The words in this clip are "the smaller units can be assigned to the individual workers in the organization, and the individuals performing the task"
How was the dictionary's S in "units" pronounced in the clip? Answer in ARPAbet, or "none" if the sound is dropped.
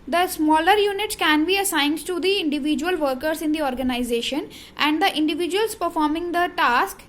S